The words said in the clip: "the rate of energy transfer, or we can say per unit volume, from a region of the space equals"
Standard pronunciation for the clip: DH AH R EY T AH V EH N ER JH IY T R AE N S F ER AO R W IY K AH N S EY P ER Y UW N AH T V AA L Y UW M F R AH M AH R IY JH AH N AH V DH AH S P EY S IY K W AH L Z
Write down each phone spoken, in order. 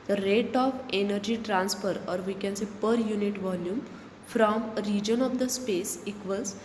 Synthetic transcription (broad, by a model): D AH R EY T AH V EH N ER JH IY T R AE N S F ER AO R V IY K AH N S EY P ER Y UW N AH T V AA L Y UW M F R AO M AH R IY JH AH N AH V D AH S P EY S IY K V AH L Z